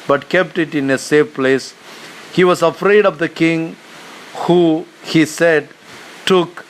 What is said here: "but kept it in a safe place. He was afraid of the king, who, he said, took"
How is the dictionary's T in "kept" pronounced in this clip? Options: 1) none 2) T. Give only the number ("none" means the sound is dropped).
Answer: 2